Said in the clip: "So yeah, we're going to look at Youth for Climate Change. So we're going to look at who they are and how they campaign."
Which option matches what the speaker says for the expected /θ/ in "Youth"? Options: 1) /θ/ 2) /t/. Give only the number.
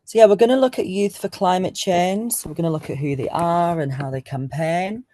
1